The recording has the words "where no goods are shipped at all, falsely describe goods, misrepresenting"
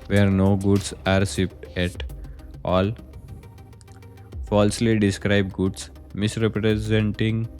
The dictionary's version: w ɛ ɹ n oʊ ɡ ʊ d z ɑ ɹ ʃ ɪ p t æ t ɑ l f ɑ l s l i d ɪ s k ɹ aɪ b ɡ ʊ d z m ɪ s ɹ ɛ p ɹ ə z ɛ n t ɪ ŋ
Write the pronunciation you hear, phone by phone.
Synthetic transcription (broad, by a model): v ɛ ɹ n oʊ ɡ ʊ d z ɑ ɹ s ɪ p t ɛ t ɑ l f ɑ l s l i d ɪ s k ɹ aɪ b ɡ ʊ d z m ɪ s ɹ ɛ p ɹ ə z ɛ n t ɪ ŋ